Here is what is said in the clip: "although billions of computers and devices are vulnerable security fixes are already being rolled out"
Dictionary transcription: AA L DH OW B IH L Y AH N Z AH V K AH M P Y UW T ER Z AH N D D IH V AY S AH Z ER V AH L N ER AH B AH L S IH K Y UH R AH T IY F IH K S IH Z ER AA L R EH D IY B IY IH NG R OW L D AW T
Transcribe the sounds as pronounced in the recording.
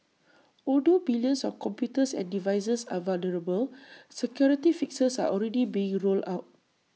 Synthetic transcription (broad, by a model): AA L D OW B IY L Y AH N S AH F K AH M P Y UW T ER S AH N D D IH V AY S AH S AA V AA L N ER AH B AH L S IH K Y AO R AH T IY F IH K S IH S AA AA L R EH D IY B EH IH NG R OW L AW T